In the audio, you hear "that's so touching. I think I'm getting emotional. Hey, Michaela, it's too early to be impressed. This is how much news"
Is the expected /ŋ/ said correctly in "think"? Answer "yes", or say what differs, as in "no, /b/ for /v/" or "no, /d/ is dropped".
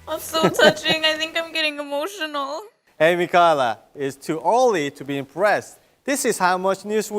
yes